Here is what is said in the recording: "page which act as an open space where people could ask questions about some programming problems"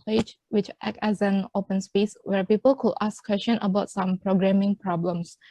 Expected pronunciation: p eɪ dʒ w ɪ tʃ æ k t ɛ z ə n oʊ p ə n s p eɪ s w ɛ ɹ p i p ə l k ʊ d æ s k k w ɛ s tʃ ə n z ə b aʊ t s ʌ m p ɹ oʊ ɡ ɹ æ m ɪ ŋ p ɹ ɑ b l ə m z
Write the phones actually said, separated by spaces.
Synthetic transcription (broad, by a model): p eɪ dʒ w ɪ tʃ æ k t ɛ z ə n oʊ p ə n s p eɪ s w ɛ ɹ p i p ə l k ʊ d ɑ s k k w ɛ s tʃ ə n ə b aʊ t s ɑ m p ɹ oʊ ɡ ɹ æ m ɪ ŋ p ɹ ɑ b l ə m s